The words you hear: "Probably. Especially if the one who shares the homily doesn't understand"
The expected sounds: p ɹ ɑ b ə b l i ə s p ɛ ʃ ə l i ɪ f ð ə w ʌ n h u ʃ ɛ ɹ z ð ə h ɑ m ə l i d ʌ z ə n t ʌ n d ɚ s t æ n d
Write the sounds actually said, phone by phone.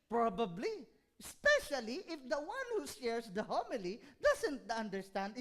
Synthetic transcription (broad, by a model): p ɹ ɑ b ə b l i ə s p ɛ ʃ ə l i ɪ f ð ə w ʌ n h u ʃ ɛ ɹ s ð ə h ɑ m ə l i d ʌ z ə n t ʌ n d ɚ s t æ n d